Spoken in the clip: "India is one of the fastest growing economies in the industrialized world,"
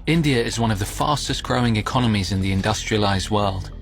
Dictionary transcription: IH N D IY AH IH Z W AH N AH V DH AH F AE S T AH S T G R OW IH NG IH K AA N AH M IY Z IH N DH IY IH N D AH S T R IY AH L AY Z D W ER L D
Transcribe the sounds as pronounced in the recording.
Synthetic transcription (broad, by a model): IH N D IY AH IH Z W AH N AH V DH AH F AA S T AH S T G R OW IH NG IH K AA N AH M IY Z IH N DH IY IH N D AH S T R IY AH L AY Z D W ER L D